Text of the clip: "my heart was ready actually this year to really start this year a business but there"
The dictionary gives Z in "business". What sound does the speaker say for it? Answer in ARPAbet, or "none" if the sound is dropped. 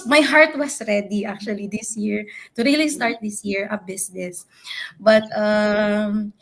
S